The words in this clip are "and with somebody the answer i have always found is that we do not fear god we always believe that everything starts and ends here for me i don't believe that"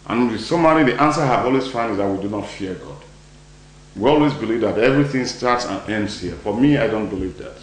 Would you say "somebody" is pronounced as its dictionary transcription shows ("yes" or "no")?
no